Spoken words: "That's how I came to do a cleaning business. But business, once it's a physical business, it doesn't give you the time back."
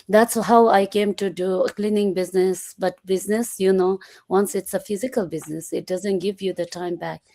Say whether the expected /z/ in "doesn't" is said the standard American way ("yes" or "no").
yes